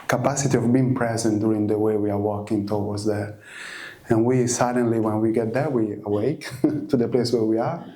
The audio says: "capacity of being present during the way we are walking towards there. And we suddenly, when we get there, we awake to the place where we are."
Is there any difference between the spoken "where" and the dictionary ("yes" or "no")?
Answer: no